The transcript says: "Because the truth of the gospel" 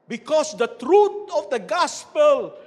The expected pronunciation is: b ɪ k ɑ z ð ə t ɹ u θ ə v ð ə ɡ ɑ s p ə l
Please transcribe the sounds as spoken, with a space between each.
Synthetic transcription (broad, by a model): b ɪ k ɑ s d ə t ɹ u t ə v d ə ɡ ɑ s p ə l